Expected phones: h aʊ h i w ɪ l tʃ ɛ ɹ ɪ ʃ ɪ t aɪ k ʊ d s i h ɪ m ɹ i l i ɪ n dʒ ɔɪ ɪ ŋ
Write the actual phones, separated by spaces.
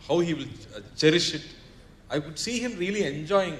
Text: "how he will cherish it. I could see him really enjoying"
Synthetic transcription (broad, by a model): h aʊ h i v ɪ l tʃ ɛ ɹ ɪ ʃ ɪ t aɪ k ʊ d s i h ɪ m ɹ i l i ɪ n dʒ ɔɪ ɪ ŋ